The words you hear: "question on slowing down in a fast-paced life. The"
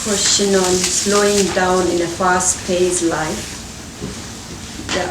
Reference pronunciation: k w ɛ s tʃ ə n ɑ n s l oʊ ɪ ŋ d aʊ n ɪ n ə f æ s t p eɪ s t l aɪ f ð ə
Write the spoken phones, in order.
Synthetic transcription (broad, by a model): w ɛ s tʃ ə n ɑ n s l oʊ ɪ ŋ d aʊ n ɪ n ə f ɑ s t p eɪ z l aɪ f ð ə